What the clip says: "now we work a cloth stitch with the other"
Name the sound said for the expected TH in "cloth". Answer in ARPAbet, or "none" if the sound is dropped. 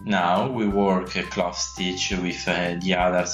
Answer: F